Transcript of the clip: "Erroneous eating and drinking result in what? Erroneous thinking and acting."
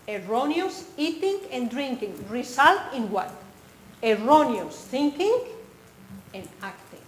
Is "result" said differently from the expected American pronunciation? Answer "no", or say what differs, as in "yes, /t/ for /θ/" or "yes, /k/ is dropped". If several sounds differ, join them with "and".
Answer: yes, /s/ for /z/